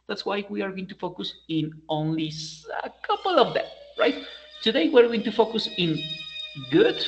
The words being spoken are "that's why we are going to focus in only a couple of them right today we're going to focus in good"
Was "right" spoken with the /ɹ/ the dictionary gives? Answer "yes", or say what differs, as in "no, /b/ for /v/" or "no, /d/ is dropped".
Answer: yes